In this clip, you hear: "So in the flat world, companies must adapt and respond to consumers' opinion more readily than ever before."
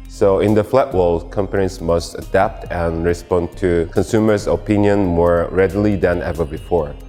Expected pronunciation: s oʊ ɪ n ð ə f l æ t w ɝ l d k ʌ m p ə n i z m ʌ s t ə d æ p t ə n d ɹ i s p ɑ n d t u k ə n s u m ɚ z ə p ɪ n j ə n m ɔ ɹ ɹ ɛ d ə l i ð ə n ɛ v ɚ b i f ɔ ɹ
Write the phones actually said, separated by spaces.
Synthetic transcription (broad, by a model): s oʊ ɪ n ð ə f l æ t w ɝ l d k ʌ m p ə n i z m ʌ s t ə d æ p t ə n ɹ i s p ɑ n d t u k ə n s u m ɚ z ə p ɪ n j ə n m ɔ ɹ ɹ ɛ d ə l i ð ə n ɛ v ɚ b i f ɔ ɹ